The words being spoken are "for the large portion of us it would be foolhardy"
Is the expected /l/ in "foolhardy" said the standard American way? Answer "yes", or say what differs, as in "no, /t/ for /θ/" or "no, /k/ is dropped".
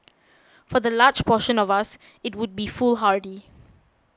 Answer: yes